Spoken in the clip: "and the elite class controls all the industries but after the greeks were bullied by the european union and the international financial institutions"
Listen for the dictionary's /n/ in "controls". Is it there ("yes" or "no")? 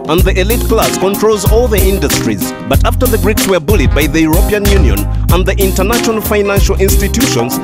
yes